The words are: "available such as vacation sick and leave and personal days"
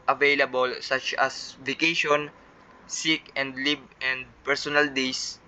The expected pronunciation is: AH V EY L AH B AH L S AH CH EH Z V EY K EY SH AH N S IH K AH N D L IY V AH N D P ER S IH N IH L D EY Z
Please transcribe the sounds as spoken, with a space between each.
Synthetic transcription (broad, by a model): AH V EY L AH B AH L S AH CH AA S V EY K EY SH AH N S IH K AH N D L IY B AH N D P ER S IH N IH L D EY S